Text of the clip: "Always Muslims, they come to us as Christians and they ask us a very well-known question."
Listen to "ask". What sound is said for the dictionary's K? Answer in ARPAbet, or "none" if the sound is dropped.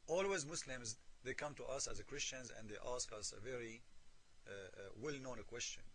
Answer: K